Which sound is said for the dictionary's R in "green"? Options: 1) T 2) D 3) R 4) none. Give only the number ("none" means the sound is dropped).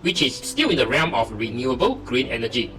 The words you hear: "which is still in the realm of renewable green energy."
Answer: 3